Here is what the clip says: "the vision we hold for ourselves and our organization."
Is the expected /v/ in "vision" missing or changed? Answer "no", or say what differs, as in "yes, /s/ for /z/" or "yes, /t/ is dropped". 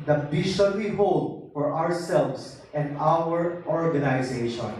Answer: yes, /b/ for /v/